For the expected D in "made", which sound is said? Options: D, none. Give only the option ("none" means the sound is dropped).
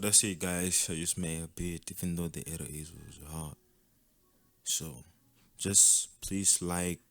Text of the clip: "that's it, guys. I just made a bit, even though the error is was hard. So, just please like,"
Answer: none